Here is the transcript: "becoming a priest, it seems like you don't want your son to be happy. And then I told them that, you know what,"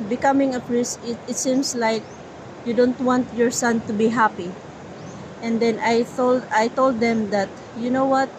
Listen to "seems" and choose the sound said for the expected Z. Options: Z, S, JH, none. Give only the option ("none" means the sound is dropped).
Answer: S